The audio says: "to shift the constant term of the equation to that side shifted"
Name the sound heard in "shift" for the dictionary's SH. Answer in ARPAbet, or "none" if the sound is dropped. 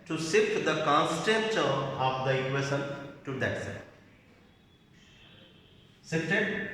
S